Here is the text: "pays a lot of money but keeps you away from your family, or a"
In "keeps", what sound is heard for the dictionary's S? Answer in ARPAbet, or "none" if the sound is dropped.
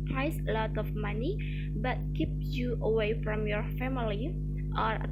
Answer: none